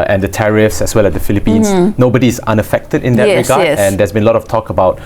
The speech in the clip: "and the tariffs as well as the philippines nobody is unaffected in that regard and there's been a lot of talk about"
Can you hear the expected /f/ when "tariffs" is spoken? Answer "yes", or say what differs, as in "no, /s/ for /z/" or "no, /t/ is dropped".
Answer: yes